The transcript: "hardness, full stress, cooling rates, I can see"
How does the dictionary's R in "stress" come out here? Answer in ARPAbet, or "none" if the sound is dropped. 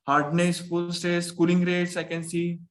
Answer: none